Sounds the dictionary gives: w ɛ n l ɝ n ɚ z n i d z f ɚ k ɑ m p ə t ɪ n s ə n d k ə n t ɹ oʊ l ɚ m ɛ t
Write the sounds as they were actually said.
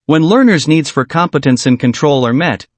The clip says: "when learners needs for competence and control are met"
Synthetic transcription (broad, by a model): w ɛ n l ɝ n ɚ z n i d z f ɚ k ɑ m p ə t ɪ n s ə n k ə n t ɹ oʊ l ɚ m ɛ t